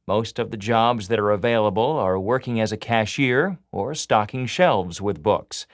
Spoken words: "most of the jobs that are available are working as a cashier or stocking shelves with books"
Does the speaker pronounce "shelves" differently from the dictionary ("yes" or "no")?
no